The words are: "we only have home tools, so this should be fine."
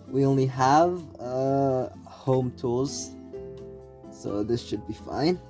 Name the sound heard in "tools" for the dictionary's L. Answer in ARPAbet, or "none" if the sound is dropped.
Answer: none